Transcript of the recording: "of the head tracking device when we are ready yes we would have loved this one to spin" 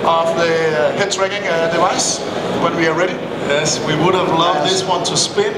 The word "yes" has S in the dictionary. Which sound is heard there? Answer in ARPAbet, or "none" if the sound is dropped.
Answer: S